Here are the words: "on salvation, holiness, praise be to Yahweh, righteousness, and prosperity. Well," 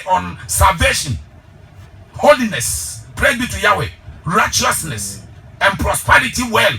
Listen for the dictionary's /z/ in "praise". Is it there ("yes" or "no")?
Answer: no